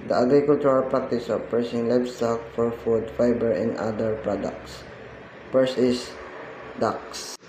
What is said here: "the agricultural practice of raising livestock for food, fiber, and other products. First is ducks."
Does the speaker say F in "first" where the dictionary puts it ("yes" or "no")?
no